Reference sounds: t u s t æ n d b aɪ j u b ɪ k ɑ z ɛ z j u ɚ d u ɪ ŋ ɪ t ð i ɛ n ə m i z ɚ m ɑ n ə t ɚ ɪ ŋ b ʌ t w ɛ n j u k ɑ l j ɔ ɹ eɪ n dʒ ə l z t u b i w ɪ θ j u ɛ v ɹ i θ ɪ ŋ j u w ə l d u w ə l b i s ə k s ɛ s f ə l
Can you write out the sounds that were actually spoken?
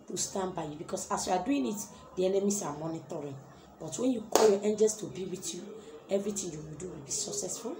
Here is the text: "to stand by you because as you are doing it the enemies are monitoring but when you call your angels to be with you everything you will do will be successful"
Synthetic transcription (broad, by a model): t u s t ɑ n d b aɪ j u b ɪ k ɑ s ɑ s j u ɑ d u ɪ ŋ ɪ t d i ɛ n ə m i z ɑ m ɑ n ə t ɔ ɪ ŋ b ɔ t w ɛ n j u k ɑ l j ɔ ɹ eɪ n dʒ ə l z t u b i w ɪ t j u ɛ v ɹ i t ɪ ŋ j u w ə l d u w ə l b i s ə k s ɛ s f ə l